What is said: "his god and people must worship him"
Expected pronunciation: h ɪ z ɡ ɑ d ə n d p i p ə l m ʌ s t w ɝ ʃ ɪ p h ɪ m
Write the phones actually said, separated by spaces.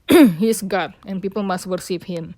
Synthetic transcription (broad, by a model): h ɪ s ɡ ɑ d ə n p i p ə l m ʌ s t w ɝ s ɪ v h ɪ m